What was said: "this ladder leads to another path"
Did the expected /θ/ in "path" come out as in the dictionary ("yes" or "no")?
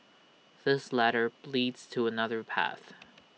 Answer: yes